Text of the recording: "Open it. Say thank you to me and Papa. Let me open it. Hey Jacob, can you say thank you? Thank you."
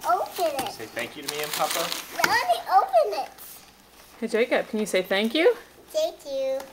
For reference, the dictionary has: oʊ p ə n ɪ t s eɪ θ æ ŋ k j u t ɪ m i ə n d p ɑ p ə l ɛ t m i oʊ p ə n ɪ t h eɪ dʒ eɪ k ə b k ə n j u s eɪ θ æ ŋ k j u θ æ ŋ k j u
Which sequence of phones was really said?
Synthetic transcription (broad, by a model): oʊ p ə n ɪ t s eɪ θ æ ŋ k j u t ɪ m i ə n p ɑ p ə w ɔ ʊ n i oʊ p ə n ɪ t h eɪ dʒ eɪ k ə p k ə n j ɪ s eɪ θ æ ŋ k j u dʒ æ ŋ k j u